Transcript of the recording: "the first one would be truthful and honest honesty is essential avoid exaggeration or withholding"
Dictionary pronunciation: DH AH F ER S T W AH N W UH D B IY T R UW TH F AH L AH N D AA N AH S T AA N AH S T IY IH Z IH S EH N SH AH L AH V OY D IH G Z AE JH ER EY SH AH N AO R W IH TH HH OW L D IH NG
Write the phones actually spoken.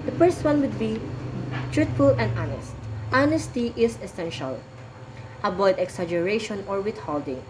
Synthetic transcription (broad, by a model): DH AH F ER S T W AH N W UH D B IY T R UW T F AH L AH N D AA N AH S T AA N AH S T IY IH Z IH S EH N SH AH L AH B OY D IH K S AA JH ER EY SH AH N AO R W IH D HH OW L D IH NG